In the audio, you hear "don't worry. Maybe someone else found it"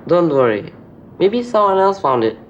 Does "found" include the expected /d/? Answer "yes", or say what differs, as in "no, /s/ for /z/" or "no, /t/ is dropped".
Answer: yes